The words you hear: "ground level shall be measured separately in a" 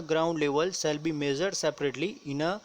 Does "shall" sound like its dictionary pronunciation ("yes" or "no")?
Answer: no